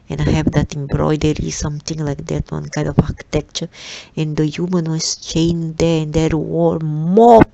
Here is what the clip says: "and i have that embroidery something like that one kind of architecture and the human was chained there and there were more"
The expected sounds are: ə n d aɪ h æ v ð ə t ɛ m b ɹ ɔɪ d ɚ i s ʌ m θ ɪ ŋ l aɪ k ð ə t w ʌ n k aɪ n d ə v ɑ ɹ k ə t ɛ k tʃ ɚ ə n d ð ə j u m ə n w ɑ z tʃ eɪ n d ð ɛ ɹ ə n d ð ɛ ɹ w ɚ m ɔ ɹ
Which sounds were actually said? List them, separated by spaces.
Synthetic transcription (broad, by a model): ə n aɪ h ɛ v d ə t ɛ m b ɹ ɔɪ d ɚ i s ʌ m t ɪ ŋ l aɪ k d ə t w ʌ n k aɪ n d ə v ɑ k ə t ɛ k tʃ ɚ ə n d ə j u m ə n w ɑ s tʃ eɪ n d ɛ ə n d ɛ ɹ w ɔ m ɔ